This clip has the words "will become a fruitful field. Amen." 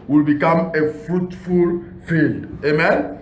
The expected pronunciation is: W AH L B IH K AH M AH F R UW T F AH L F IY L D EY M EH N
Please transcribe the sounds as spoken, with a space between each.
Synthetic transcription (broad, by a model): W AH L B IH K AH M AH F R UW T F AH L F IY L D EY M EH N